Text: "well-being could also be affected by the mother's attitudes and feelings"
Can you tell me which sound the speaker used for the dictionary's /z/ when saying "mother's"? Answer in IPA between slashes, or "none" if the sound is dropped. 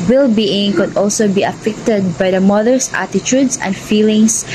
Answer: /s/